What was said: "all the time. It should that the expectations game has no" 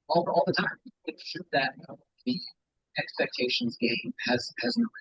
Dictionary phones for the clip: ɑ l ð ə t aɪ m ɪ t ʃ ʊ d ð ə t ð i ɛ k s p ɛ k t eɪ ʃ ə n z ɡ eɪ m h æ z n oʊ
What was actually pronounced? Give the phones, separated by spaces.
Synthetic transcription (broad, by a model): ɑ l ð ə t aɪ m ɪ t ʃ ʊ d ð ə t ð i ɛ k s p ɛ k t eɪ ʃ ə n z ɡ eɪ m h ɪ z n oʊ